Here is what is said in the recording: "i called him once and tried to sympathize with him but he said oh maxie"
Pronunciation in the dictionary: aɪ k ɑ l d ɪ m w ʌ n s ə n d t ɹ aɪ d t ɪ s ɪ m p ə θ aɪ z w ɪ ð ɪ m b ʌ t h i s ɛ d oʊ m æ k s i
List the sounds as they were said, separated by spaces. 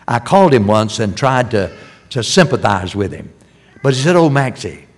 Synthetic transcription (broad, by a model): aɪ k ɑ l d ɪ m w ʌ n s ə n t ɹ aɪ d t ɪ s ɪ m p ə θ aɪ z w ɪ ð ɪ m b ʌ t h i s ɛ d oʊ m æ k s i